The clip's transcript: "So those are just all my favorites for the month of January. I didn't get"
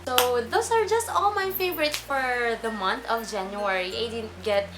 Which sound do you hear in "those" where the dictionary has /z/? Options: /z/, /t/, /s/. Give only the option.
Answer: /s/